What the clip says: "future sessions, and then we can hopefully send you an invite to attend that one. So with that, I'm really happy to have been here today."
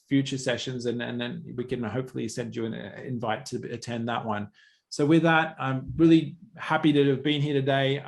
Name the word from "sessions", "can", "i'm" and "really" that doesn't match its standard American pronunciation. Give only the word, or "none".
none